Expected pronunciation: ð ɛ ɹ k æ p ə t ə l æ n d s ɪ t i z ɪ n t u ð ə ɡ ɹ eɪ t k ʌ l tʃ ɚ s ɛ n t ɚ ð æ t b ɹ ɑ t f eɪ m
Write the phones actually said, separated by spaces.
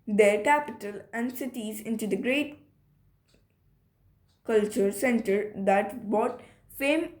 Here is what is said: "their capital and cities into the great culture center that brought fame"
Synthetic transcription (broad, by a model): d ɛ ɹ k æ p ə t ə l æ n d s ɪ t i z ɪ n t u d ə ɡ ɹ eɪ t k ʌ l tʃ ɚ s ɛ n t ɚ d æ t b ɑ t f eɪ m